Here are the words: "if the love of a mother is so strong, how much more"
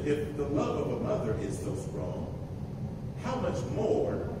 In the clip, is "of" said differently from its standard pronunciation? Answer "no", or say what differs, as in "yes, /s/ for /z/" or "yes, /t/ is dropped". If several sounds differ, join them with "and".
no